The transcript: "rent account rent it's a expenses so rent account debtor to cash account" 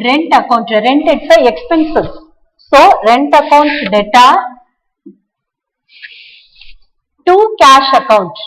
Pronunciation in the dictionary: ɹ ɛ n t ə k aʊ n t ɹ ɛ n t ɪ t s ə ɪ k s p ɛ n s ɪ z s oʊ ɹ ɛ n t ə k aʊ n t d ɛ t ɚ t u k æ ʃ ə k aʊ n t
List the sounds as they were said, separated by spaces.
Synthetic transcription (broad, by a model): ɹ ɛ n t ə k aʊ n t ɹ ɛ n t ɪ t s ə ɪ k s p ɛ n s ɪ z s oʊ ɹ ɛ n t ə k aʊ n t d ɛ t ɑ t u k æ ʃ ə k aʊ n t